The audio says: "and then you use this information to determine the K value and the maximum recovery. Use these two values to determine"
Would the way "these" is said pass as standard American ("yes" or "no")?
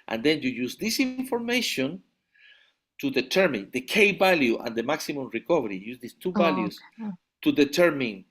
no